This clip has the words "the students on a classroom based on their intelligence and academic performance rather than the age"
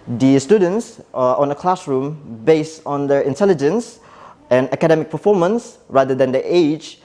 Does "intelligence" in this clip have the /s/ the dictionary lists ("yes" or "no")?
yes